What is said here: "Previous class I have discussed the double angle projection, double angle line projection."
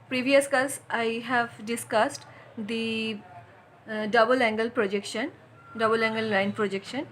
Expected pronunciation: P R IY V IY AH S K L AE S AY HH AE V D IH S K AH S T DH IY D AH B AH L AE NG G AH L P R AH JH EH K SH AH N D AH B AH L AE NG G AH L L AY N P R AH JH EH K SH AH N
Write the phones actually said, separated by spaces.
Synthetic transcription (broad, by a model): P R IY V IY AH S K AH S AY HH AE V D IH S K AH S T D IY D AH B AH L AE NG G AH L P R AH JH EH K SH AH N D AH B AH L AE NG G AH L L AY N P R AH JH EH K SH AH N